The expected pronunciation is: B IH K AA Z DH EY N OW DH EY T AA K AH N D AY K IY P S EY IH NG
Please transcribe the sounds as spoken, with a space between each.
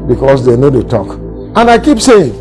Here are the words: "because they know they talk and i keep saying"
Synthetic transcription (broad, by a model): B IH K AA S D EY N OW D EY T AA K AH N D AY K IY P S EY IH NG